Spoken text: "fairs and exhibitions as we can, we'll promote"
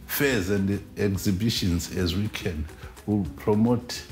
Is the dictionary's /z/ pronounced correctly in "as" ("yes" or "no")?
yes